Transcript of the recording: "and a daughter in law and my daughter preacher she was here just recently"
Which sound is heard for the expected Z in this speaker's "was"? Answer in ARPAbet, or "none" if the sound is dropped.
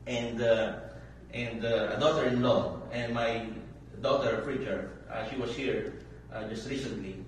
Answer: S